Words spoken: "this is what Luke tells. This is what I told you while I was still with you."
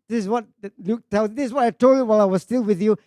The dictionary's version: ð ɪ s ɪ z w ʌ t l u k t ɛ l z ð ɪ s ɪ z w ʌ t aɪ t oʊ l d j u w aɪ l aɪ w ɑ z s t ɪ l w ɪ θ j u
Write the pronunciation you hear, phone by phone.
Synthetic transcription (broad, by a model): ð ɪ s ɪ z w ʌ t l u k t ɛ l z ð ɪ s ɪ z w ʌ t aɪ t oʊ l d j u w aɪ l aɪ w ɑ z s t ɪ l w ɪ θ j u